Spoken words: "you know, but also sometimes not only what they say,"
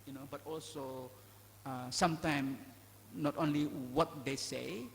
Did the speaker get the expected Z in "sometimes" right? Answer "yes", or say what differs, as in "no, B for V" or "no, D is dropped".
no, Z is dropped